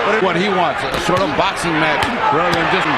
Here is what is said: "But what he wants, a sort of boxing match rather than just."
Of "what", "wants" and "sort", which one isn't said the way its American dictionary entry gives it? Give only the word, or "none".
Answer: none